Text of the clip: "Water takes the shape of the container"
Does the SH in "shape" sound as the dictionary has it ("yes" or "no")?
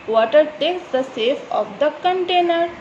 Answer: no